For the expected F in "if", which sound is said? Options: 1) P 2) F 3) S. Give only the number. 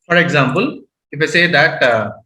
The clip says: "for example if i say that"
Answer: 2